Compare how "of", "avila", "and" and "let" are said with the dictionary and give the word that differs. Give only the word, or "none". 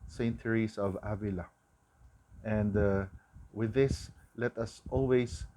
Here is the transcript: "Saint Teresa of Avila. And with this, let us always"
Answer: none